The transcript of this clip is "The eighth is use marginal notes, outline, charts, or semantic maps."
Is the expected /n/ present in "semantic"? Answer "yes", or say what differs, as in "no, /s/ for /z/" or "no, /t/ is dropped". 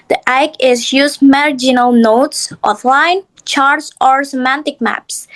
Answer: yes